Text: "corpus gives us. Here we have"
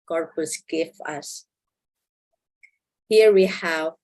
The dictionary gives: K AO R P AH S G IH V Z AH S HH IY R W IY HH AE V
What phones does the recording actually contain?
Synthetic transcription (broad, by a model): K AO R P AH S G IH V AH S HH IY R W IY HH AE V